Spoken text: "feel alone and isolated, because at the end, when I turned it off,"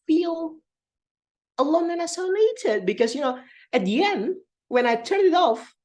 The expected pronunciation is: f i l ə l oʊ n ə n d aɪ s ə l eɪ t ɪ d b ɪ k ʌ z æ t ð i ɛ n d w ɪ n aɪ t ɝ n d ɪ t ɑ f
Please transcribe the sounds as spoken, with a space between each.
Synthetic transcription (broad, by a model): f i l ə l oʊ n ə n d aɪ s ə n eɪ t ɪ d b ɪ k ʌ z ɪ t ð i ɛ n d w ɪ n aɪ t ɝ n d ɪ t ɑ f